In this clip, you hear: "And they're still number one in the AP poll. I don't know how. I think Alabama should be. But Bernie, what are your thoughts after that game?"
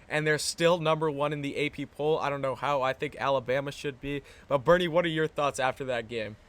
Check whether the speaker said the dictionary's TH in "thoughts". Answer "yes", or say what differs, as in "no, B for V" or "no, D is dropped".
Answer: yes